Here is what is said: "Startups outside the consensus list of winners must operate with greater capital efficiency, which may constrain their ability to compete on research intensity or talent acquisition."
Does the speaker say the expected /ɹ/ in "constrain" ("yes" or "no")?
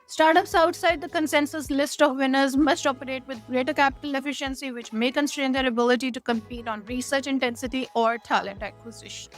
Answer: yes